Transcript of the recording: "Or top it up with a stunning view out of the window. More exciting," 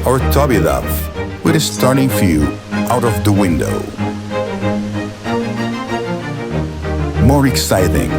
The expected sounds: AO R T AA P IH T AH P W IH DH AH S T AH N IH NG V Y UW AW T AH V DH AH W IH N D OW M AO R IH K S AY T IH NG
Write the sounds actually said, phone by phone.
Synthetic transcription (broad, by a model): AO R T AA B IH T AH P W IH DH AH S T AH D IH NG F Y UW AW T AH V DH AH W IH N D OW M AO R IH K S AY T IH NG